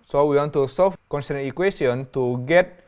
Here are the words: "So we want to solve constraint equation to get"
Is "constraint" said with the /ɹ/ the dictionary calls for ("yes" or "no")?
no